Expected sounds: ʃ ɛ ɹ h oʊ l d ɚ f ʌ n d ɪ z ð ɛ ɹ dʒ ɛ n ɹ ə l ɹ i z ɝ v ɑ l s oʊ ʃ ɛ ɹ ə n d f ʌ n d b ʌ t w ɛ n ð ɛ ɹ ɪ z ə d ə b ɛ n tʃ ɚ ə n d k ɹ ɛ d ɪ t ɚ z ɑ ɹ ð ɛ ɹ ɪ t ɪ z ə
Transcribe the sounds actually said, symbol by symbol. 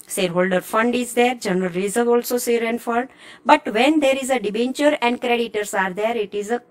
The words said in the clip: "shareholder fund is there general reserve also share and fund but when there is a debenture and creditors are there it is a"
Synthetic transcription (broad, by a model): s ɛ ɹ h oʊ l d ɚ f ʌ n d ɪ z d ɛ ɹ dʒ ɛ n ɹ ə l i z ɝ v ɑ l s oʊ s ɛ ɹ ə n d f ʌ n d b ʌ t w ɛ n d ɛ ɹ ɪ z ə d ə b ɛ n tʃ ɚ ə n d k ɹ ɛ d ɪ t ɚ s ɑ ɹ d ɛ ɹ ɪ t ɪ z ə